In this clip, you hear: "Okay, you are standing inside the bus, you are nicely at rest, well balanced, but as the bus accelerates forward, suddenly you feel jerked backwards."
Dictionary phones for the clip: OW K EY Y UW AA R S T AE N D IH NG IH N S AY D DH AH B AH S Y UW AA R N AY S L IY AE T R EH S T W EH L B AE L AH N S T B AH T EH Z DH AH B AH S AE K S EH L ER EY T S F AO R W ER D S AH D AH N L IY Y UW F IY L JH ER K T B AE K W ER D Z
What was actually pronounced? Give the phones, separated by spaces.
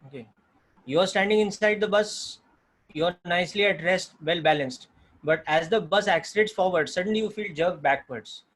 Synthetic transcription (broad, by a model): OW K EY Y AA R S T AE N D IH NG IH N S AY D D AH B AH S Y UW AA R N AY S L IY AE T R EH S T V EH L B AE L AH N S T B AH T EH Z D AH B AH S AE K S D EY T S F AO R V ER D S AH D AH N L IY Y UW F IY L JH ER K B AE K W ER D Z